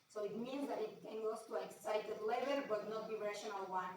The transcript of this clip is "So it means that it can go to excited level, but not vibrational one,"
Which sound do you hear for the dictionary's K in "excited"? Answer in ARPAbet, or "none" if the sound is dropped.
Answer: K